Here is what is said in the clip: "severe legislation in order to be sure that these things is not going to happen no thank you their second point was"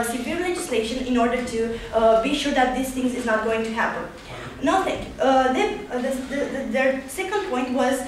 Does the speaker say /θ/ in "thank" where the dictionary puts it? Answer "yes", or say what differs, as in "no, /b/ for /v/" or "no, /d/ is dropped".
no, /t/ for /θ/